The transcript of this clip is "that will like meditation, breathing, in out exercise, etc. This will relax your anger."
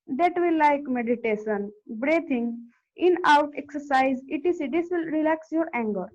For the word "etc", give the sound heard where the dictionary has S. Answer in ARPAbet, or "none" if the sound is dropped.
none